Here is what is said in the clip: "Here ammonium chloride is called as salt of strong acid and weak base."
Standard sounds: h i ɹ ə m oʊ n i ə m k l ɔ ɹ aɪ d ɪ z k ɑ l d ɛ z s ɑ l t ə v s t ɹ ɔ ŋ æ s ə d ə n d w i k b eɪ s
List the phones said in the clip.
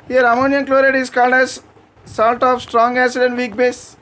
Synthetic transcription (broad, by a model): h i ɹ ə m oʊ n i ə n k l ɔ ɹ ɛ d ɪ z k ɑ l d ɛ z s ɑ l t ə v s t ɹ ɔ ŋ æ s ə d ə n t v i k b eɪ s